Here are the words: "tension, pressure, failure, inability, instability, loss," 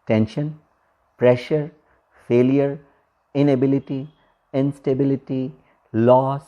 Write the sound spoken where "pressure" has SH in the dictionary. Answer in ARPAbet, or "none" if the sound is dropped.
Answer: SH